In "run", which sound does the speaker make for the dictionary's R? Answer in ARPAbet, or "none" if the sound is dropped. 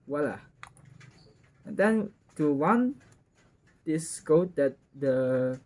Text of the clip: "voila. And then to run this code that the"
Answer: W